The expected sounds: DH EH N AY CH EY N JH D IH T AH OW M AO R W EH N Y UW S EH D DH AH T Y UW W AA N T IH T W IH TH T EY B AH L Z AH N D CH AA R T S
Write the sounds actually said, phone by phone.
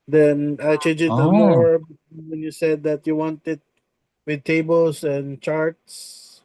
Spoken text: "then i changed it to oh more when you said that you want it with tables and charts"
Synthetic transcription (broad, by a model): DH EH N AY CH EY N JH IH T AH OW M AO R W EH N Y UW S EH D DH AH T Y UW W AA N T IH T W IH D T EY B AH L S AH N D CH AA R T S